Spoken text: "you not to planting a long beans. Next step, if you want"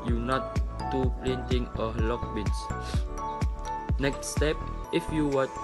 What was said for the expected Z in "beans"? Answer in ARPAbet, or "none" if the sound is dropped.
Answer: S